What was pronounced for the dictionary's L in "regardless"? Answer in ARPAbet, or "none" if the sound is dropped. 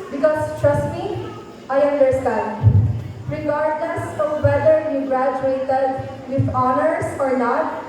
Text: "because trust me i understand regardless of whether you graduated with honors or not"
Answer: N